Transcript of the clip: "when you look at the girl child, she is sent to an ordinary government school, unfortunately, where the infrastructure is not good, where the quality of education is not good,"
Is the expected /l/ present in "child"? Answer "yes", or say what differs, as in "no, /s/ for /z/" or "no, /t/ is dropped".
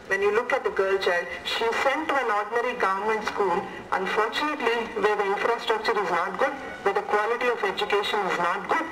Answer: yes